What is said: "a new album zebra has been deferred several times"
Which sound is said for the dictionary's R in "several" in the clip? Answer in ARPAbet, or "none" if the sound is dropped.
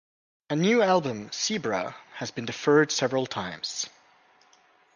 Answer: R